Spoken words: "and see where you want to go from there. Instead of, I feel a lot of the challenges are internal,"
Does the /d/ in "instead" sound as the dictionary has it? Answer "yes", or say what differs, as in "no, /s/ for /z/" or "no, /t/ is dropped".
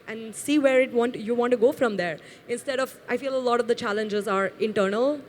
yes